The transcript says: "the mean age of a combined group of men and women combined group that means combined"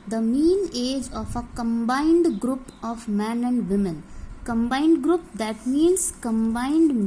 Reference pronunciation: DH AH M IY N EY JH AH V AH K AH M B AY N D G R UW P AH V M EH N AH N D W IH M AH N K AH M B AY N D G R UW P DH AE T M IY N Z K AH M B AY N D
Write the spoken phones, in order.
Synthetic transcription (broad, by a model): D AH M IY N EY JH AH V AH K AH M B AY N D G R UW P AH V M EH N AH N D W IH M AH N K AH M B AY N D G R UW P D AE T M IY N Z K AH M B AY N D